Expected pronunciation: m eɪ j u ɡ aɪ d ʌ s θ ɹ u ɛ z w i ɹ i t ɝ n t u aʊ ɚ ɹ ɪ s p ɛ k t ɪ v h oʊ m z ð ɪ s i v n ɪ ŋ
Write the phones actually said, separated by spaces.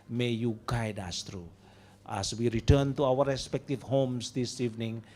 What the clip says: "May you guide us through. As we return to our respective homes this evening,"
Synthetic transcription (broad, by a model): m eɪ j u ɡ aɪ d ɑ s t ɹ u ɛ s w i ɹ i t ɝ n t u aʊ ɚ ɹ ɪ s p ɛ k t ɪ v h oʊ m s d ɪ s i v n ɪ ŋ